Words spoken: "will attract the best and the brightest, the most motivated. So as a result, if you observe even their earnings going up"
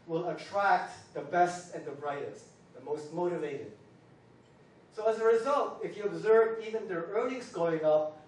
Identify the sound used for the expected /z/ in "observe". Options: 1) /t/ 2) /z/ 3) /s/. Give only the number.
2